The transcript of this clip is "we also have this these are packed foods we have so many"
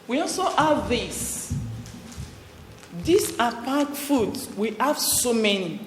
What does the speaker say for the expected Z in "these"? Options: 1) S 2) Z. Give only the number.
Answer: 1